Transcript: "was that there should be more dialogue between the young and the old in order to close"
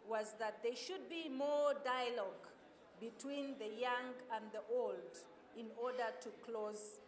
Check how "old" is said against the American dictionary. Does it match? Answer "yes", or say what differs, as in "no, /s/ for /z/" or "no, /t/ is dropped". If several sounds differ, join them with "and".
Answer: yes